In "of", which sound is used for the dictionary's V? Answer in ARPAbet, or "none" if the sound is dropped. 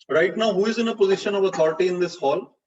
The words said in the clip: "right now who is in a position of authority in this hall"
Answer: V